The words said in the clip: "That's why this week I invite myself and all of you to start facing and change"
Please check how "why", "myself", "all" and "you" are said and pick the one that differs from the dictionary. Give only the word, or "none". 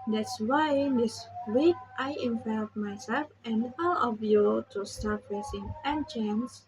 none